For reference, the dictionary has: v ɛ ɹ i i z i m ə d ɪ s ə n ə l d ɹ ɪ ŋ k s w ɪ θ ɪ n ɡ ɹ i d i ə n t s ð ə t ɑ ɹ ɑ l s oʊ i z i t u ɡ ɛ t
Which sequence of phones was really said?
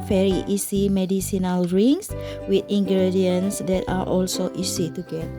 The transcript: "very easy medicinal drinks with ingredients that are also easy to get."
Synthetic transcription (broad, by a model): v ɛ ɹ i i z i m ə d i s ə n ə l ɹ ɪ ŋ s w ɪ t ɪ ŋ ɡ ɹ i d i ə n s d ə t ɑ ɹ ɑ l s oʊ i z i t u ɡ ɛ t